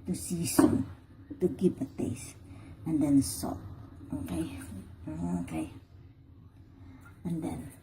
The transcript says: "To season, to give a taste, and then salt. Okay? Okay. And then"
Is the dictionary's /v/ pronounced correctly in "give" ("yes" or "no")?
no